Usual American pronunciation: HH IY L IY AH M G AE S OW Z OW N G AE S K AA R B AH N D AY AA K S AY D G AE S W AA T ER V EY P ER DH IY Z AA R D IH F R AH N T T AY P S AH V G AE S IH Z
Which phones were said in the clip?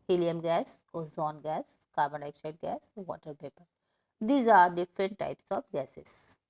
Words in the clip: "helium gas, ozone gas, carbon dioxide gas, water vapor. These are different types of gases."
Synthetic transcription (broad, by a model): HH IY L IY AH M G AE S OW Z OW N G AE S K AA R B AH N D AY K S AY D G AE S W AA T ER P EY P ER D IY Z AA R D IH F R AH N T T AY P S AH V G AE S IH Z